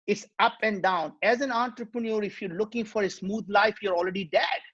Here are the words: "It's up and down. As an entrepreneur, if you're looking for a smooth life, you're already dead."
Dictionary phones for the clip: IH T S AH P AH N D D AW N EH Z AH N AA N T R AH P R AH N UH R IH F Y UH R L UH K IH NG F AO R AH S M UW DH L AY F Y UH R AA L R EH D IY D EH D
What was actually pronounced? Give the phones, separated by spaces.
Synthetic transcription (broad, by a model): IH T S AH P AH N D D AW N EH Z AH N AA N T R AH P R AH N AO R IH F Y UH R L UH K IH NG F AO R AH S M UW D L AY F Y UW R AA L R EH D IY D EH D